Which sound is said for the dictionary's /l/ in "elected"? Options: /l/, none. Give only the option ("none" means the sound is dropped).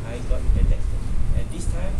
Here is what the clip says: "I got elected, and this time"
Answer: none